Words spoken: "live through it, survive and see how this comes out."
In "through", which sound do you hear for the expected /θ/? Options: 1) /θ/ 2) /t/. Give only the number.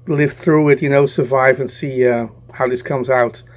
1